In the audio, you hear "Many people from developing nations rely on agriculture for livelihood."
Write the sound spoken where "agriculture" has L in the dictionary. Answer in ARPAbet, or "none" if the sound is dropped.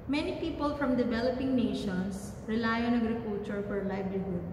none